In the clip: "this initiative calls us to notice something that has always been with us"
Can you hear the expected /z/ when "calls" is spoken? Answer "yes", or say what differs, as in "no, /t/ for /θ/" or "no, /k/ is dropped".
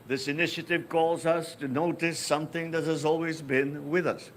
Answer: yes